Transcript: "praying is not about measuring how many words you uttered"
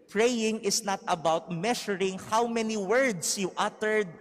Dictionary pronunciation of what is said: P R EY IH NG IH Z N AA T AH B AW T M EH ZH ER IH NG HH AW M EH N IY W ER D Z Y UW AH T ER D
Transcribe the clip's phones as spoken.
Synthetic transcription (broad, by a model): P R EY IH NG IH S N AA T AH B AW T M EH SH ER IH NG HH AW M EH N IY W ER D S Y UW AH T ER D